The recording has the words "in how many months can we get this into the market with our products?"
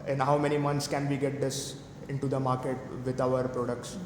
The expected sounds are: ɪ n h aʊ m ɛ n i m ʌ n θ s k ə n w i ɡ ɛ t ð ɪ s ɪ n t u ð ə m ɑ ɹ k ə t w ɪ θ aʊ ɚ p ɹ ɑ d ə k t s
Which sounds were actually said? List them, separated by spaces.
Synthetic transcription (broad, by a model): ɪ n h aʊ m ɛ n i m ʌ n t s k ə n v i ɡ ɛ t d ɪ s ɪ n t u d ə m ɑ ɹ k ə t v ɪ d aʊ ɚ p ɹ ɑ d ə k t s